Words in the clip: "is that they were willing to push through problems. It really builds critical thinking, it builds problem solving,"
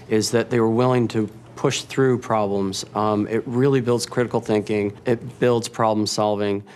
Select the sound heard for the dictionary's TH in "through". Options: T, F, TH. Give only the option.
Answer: TH